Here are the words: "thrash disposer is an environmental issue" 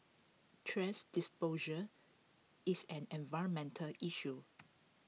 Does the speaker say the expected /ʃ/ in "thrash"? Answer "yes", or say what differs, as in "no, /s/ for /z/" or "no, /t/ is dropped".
no, /s/ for /ʃ/